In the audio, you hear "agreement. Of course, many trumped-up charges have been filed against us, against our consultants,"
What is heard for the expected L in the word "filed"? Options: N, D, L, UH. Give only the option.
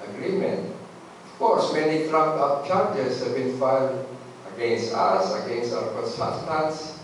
N